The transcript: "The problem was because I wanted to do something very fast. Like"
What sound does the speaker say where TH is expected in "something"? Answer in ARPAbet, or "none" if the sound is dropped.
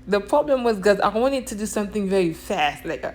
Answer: TH